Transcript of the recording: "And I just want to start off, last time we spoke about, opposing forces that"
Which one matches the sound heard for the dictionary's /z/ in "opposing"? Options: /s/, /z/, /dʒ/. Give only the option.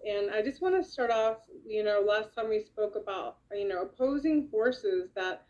/z/